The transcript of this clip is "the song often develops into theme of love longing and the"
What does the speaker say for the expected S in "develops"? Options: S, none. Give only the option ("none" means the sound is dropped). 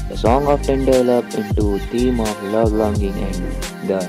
none